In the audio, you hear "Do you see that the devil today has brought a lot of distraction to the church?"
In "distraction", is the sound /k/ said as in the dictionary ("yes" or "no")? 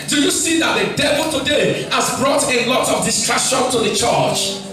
no